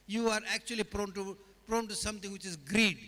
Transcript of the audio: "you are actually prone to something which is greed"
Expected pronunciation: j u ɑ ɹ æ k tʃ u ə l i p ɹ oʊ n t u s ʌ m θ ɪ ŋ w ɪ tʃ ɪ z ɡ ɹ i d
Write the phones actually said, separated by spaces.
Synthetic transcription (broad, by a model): j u ɑ ɹ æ k tʃ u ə l i p ɹ oʊ n t u s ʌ m t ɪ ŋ w ɪ tʃ ɪ z ɡ ɹ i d